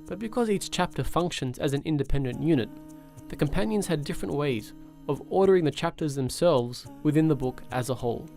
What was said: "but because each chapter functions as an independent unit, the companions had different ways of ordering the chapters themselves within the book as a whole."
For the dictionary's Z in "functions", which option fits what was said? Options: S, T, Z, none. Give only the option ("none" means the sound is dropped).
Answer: Z